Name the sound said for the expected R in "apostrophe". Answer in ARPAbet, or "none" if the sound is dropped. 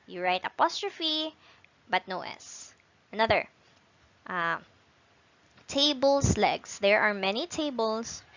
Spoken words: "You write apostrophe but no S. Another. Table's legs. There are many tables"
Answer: R